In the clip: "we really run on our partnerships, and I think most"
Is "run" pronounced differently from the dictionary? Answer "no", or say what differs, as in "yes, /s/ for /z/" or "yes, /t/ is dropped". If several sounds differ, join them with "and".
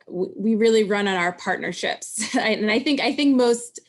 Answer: no